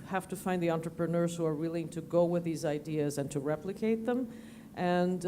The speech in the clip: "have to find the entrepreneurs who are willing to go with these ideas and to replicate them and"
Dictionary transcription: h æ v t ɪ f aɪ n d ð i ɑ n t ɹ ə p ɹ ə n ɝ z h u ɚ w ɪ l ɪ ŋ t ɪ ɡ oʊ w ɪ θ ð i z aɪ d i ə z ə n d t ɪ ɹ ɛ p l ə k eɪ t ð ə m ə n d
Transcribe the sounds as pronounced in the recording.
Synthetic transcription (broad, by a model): h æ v t ɪ f aɪ n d ð i ɑ n t ɹ ə p ɹ ə n ɝ z h u ɚ w ɪ l ɪ ŋ t ɪ ɡ oʊ w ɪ ð i z aɪ d i ə z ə n t ɪ ɹ ɛ p l ə k eɪ t ð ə m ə n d